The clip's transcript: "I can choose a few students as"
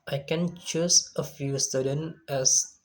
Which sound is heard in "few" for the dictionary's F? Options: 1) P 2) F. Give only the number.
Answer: 2